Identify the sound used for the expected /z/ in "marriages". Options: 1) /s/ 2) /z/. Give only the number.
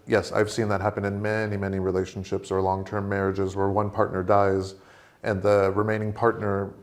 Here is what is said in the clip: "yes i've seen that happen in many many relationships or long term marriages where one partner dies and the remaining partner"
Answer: 2